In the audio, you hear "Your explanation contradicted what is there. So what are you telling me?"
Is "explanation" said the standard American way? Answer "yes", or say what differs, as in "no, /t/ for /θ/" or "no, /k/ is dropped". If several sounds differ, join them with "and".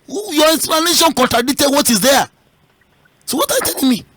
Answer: no, /k/ is dropped